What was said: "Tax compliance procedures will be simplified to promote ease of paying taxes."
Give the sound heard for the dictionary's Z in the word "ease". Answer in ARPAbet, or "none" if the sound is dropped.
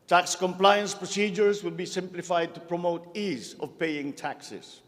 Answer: Z